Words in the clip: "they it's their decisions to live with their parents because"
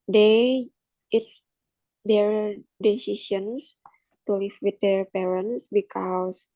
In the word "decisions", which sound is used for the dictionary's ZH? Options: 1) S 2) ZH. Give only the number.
1